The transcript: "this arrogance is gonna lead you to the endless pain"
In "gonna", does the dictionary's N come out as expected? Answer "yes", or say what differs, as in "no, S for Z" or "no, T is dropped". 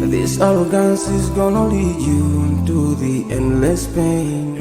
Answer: yes